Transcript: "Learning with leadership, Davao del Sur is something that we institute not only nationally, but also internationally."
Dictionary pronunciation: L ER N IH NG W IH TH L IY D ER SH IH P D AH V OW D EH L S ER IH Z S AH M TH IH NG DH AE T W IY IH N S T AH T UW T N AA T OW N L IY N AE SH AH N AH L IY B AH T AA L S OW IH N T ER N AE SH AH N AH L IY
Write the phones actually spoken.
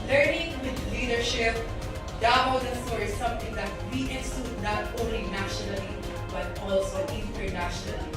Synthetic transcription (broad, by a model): L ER N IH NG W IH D L IY D ER SH IH P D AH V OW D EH N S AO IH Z S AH M T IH NG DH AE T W IY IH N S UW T N AA T OW N L IY N AE SH AH N AH L IY B AH T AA L S OW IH N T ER N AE SH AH N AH L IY